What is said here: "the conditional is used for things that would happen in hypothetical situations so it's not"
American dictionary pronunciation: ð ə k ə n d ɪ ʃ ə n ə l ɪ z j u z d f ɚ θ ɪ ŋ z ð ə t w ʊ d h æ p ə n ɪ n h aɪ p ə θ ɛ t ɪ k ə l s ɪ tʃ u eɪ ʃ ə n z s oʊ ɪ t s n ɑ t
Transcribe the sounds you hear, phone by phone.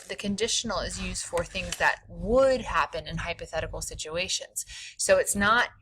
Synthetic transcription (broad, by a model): ð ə k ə n d ɪ ʃ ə n l ɪ z j u z d f ɚ θ ɪ ŋ z ð ə t w ʊ d h æ p ə n ɪ n h aɪ p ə θ ɛ t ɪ k l s ɪ tʃ u eɪ ʃ ə n z s oʊ ɪ t s n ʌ t